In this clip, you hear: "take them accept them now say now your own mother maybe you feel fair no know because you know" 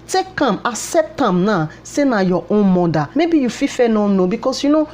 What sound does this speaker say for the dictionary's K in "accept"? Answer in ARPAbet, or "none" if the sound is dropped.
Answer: none